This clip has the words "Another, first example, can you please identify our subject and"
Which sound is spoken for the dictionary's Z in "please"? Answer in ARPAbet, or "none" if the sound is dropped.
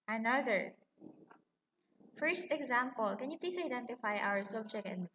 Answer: S